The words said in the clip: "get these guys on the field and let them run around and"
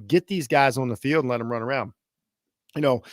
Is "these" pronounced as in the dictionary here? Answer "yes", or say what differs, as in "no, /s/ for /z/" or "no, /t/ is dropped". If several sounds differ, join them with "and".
yes